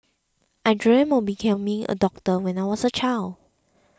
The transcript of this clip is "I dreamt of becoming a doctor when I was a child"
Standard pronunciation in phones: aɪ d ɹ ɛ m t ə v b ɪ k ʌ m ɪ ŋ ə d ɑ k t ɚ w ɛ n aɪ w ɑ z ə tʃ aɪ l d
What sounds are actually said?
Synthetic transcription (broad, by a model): aɪ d ɹ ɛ m ə b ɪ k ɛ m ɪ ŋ ə d ɑ k t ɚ w ɛ n aɪ w ɑ s ə tʃ aɪ l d